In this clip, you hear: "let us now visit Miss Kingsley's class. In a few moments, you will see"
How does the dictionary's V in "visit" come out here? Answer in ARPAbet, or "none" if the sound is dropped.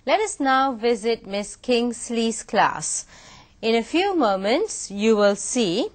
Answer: V